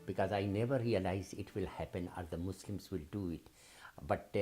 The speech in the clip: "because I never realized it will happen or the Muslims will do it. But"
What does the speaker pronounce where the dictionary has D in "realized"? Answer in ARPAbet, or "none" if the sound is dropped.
none